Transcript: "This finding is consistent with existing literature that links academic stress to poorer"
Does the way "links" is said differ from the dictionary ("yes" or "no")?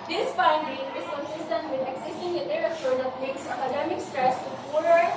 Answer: yes